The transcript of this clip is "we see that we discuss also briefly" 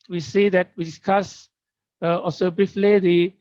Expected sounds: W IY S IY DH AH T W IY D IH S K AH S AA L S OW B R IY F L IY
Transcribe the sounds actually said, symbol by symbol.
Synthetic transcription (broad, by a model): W IY S IY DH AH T W IY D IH S K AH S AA S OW B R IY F L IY